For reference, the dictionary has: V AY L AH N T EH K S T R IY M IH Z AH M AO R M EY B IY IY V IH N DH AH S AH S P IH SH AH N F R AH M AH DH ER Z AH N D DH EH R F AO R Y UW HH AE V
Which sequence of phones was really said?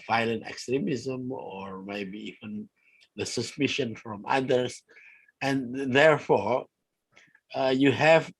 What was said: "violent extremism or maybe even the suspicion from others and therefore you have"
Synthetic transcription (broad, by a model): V AY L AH N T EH K S T R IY M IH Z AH M AO R M EY B IY IY V IH N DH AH S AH S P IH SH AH N F R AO M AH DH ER S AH N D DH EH R F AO R Y UW HH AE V